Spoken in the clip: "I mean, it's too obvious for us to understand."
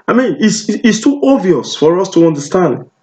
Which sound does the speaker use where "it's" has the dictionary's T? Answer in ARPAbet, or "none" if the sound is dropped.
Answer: S